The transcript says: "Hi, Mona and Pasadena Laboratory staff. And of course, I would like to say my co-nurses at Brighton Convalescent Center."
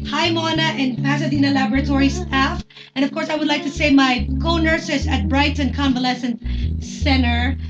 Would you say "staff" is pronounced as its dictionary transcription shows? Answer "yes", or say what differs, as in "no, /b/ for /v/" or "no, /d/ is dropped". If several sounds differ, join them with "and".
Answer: yes